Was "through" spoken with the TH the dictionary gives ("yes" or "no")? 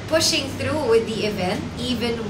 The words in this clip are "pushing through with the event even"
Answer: no